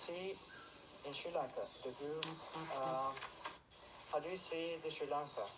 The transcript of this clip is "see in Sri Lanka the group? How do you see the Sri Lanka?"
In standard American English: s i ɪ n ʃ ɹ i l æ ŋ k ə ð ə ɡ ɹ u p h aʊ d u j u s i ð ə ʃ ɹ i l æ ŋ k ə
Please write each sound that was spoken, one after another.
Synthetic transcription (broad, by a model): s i ɪ n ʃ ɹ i l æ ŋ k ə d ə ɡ u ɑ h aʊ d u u s i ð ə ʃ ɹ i l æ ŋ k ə